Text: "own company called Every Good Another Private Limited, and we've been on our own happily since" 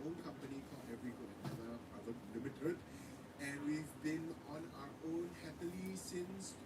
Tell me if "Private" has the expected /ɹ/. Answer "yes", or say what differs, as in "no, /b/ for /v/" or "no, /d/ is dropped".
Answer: no, /ɹ/ is dropped